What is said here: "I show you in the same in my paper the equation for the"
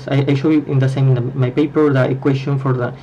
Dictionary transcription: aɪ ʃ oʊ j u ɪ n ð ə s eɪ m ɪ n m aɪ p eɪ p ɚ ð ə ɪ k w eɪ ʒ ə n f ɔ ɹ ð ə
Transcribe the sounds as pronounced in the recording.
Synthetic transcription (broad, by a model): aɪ ʃ oʊ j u ɪ n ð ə s eɪ m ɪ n m aɪ p eɪ p ɚ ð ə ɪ k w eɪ s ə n f ɔ ɹ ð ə